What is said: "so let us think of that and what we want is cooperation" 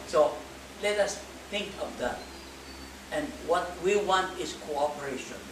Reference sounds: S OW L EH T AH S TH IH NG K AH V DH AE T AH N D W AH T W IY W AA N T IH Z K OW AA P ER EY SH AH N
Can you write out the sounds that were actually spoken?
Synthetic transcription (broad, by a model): S OW L EH T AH S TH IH NG K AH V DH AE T AH N D W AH T W IY W AA N T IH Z K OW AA P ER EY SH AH N